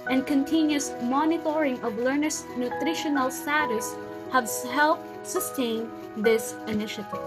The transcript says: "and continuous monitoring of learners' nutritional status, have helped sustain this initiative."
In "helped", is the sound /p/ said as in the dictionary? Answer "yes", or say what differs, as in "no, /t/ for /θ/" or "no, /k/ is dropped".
yes